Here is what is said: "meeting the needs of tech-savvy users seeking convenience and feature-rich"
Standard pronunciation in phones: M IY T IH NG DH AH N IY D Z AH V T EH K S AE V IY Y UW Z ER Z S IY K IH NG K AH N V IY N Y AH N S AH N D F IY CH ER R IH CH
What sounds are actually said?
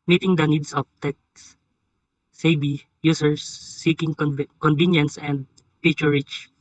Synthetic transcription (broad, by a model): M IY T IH NG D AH N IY D S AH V T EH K S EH B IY Y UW S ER S IY K IH NG K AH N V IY N Y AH N S AH N D P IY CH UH R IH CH